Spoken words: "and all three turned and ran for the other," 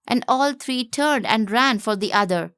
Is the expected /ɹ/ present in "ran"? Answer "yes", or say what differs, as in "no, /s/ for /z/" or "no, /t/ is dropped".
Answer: yes